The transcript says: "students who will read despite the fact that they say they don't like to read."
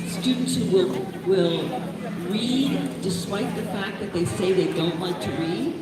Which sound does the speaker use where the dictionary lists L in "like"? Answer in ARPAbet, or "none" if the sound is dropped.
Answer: W